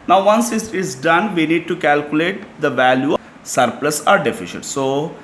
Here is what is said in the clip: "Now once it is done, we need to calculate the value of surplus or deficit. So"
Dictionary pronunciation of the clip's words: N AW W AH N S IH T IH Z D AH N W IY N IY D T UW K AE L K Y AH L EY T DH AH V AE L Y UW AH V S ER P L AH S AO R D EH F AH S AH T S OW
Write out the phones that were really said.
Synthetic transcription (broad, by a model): N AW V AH N S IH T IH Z D AH N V IY N IY D T UW K AE L K Y AH L EY T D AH V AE L Y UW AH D P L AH S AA R D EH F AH SH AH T S OW